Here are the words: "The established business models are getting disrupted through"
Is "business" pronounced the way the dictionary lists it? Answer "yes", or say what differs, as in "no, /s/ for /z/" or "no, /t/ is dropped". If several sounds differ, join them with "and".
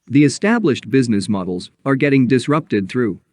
yes